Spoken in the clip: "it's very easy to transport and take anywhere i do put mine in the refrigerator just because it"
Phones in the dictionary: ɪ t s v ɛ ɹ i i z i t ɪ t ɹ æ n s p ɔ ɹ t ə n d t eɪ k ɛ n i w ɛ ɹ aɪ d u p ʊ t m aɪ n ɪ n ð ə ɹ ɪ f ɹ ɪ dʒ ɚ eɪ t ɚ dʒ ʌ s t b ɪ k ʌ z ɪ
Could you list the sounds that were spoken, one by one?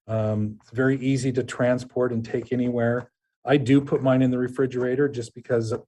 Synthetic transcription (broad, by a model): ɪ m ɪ v ɛ ɹ i i z i t ɪ t ɹ æ n s p ɔ ɹ t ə n t eɪ k ɛ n i w ɛ ɹ aɪ d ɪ p ʊ t m aɪ n ɪ n ð ə ɹ ɪ f ɹ ɪ dʒ ɚ eɪ t ɚ dʒ ʌ s b ɪ k ʌ z